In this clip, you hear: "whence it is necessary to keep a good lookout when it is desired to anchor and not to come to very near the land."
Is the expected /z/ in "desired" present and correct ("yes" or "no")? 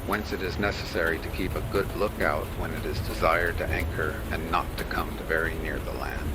yes